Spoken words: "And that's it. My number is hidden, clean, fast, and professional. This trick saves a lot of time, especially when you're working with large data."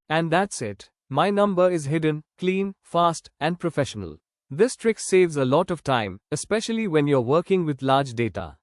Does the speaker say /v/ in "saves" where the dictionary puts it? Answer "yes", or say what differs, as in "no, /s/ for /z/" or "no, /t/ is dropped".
yes